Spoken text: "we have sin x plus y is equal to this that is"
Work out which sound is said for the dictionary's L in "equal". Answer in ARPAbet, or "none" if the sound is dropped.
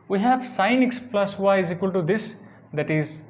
L